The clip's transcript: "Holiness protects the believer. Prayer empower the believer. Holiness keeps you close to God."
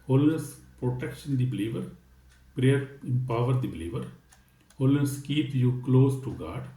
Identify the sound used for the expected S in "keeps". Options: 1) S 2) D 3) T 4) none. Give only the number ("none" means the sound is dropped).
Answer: 4